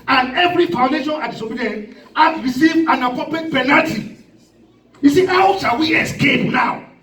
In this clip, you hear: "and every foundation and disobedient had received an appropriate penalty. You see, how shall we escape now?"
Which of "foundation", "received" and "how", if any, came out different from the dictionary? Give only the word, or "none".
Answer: received